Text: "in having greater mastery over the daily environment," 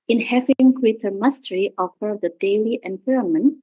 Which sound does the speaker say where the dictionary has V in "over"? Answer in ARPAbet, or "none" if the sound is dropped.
F